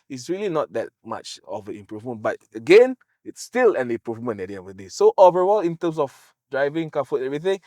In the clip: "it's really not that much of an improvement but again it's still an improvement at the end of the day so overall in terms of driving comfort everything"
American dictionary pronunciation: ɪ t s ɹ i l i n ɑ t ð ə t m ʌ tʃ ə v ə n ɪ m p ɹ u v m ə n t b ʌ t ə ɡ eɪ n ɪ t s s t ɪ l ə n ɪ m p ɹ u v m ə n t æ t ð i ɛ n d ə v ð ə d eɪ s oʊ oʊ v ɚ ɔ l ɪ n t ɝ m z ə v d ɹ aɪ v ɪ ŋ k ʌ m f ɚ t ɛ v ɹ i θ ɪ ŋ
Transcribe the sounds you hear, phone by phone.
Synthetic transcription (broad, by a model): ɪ t s ɹ i l i n ɑ t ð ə t m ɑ tʃ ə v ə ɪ m p ɹ u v m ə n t b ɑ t ə ɡ eɪ n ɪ t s s t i l ə n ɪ m p ɹ u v m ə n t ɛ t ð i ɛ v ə d eɪ s oʊ oʊ v ɚ ɔ l ɪ n t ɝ m s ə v d ɹ aɪ v ɪ ŋ k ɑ f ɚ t ɛ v ɹ i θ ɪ ŋ